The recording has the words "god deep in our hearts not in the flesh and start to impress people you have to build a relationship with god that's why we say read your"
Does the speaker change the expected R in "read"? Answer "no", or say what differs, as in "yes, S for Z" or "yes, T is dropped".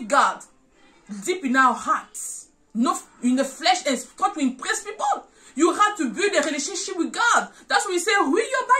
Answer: yes, W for R